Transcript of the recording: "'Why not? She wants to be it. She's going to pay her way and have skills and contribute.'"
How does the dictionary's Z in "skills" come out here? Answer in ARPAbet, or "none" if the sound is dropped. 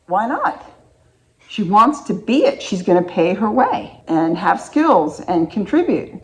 Z